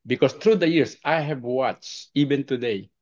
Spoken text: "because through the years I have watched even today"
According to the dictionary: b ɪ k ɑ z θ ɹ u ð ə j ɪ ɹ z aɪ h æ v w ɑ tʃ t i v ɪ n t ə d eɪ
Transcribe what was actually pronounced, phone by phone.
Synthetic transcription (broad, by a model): b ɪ k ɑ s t ɹ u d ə j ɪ ɹ s aɪ h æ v w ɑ tʃ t i v ɪ n t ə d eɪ